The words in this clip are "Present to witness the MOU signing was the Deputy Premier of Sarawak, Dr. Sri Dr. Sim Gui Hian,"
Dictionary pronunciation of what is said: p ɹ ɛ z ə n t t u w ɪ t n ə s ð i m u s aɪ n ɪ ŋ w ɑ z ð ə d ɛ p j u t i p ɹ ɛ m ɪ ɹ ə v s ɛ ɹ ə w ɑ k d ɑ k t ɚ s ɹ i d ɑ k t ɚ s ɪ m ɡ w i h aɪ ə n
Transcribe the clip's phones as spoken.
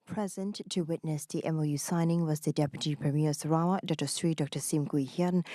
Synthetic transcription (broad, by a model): p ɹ ɛ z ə n t t u w ɪ t n ə s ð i m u s aɪ n ɪ ŋ w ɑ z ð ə d ɛ p j u t i p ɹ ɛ m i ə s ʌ ɹ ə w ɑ d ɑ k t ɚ s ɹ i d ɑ k t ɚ s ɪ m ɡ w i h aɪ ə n